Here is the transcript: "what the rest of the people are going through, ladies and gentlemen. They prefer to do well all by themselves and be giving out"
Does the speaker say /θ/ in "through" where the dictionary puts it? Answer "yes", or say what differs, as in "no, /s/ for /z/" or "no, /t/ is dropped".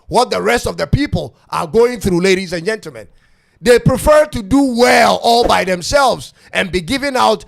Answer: yes